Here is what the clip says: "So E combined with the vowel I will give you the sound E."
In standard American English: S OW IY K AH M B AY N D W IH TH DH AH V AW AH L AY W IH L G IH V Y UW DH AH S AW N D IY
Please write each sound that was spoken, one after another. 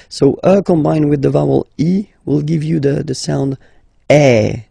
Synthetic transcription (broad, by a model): S OW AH K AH M B AY N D W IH DH AH V AW AH L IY W IH L G IH V Y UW DH AH S AW N D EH